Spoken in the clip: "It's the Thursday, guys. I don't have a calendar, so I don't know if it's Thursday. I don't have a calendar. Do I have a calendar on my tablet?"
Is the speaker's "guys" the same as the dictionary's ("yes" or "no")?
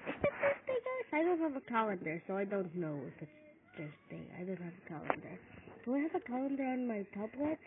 no